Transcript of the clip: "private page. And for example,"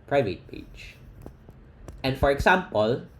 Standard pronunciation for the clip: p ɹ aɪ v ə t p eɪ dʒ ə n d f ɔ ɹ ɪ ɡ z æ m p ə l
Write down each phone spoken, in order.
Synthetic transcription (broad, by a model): p ɹ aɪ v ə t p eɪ tʃ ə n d f ɔ ɹ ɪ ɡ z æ m p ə l